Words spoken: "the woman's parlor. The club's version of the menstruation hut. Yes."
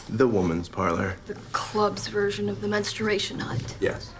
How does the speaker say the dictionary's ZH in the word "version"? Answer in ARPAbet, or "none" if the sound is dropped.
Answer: ZH